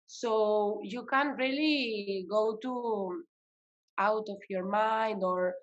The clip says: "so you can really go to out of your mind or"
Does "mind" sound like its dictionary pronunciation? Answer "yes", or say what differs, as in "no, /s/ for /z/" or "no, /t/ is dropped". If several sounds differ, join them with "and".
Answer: yes